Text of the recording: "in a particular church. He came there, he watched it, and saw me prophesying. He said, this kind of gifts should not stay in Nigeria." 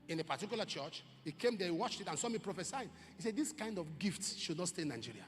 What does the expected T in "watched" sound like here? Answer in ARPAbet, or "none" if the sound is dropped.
T